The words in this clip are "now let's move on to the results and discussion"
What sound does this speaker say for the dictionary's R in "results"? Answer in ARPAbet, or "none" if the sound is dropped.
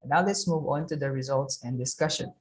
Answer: R